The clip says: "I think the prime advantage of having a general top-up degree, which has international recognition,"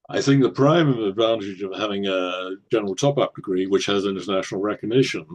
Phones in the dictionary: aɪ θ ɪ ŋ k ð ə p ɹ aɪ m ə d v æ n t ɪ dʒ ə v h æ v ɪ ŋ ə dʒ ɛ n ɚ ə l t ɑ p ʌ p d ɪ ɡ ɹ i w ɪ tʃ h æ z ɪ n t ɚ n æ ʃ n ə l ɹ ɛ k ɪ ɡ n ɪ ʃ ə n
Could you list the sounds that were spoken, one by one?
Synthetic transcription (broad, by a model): aɪ θ ɪ ŋ k ð ə p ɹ aɪ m ə d v æ n t ɪ dʒ ə v h æ v ɪ ŋ ə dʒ ɛ n ɚ l t ɑ p ʌ p d ɪ ɡ ɹ i w ɪ tʃ h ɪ z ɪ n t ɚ n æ ʃ n l ɹ ɛ k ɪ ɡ n ɪ ʃ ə n